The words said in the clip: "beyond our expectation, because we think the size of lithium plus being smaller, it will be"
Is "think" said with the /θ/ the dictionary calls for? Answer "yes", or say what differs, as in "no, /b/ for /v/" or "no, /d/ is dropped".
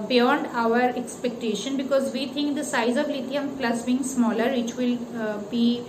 no, /t/ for /θ/